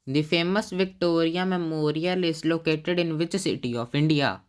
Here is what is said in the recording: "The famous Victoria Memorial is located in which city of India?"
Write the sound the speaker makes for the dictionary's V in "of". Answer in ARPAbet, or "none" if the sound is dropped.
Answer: P